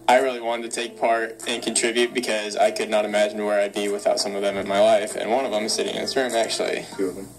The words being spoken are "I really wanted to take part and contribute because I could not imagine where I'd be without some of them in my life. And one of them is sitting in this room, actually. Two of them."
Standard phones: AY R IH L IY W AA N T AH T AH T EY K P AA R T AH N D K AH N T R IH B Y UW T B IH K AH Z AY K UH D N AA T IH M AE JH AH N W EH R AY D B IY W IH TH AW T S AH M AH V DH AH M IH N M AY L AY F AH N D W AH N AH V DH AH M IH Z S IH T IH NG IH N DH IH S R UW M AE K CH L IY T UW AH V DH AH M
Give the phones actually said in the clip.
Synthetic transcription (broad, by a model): AY R IH L IY W AA N T AH T AH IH K P AA R T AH N K N T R IH B Y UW T B IH K AH Z AY K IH D N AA T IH M AE JH N W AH R AY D B IY W IH TH AW T S AH M AH V DH AH M IH N M AY L AY F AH N W AH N AH V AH M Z S IH T IH NG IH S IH R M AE K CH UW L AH